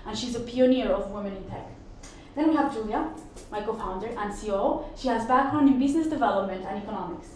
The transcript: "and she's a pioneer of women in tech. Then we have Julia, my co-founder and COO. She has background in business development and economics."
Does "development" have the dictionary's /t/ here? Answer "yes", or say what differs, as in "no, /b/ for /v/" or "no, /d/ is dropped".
yes